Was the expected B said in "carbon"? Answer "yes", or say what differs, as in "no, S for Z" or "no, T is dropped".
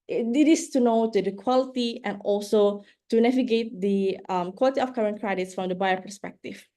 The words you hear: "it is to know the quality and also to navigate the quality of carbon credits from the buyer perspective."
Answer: no, B is dropped